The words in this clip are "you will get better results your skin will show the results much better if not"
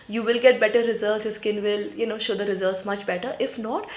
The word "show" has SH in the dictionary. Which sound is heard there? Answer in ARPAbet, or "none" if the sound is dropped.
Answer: SH